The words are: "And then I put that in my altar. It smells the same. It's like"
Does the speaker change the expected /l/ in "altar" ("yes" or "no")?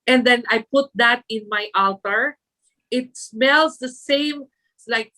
no